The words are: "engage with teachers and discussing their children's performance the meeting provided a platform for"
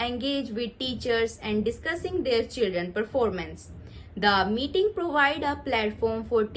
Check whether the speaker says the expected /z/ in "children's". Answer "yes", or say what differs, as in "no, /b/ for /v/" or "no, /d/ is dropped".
no, /z/ is dropped